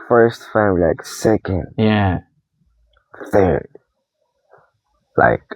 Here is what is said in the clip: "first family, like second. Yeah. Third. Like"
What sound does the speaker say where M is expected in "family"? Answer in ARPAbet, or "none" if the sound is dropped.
none